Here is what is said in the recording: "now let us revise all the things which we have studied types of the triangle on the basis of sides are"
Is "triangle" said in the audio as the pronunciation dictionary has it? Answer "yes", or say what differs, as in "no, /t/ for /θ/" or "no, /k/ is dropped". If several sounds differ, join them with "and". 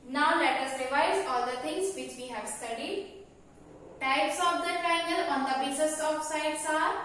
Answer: no, /ɹ/ is dropped